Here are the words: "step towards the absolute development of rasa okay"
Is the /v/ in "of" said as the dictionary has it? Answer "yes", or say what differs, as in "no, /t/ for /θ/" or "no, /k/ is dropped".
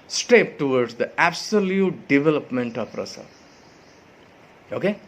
no, /p/ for /v/